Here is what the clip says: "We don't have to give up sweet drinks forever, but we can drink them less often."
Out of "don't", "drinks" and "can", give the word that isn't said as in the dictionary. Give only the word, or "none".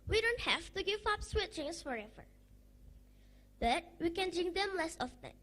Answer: drinks